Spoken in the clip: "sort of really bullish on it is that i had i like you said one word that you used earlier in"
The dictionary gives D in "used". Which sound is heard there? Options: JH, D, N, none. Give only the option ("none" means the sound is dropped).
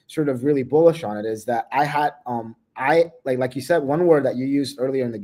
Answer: D